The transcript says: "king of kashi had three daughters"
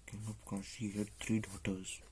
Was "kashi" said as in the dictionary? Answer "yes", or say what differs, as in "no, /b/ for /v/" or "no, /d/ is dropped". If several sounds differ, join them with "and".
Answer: no, /s/ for /ʃ/